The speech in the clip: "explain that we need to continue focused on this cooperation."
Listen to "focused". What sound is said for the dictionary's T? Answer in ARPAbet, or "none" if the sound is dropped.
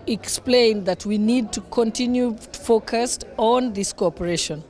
T